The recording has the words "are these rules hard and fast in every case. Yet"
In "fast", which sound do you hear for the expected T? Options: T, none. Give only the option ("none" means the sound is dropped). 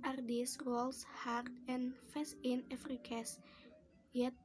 none